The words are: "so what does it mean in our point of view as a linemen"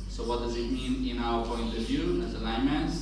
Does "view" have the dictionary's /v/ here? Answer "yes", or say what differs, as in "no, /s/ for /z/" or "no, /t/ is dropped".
yes